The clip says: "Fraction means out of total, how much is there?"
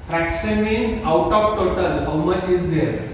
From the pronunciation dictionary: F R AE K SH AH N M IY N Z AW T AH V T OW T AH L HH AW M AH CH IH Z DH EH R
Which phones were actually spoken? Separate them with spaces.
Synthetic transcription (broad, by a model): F R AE K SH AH N M IY N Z AW T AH P T OW T AH L HH AW M AH CH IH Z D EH R